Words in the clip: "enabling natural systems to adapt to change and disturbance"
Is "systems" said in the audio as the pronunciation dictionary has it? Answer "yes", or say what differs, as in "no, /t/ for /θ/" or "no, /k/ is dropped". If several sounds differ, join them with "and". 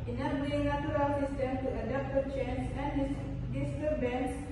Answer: no, /z/ is dropped